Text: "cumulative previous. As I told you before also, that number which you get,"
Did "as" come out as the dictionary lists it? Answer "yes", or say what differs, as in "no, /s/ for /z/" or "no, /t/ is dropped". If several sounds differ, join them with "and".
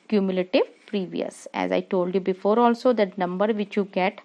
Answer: yes